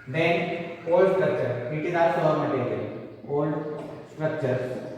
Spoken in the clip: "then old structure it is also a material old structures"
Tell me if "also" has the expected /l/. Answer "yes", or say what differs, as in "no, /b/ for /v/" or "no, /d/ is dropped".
no, /l/ is dropped